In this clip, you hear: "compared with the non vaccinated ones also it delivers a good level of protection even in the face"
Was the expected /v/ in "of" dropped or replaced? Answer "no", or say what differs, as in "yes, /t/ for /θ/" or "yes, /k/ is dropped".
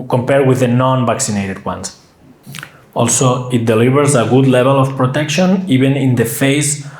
yes, /f/ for /v/